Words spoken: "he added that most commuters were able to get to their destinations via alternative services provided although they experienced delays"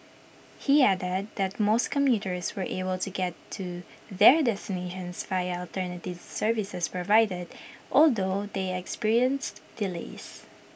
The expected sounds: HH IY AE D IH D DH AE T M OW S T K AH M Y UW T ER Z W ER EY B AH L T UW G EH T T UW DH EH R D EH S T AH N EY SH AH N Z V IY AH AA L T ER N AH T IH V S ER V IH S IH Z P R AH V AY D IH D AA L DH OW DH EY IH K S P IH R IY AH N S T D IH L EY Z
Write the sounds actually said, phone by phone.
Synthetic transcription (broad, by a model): HH IY AE D IH D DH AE T M OW S T K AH M Y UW T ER S W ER EY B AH L T UW G EH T T UW DH EH R D EH S T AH N EY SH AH N S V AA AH AA L T ER N AH T IH V S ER V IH S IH S P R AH V AY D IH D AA L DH OW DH EY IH K S P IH R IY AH N S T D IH L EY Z